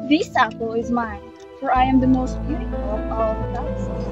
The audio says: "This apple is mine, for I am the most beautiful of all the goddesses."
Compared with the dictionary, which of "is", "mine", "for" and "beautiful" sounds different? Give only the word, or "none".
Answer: none